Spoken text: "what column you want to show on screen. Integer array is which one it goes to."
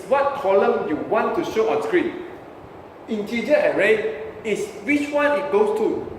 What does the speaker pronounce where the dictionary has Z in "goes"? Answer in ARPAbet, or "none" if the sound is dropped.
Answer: S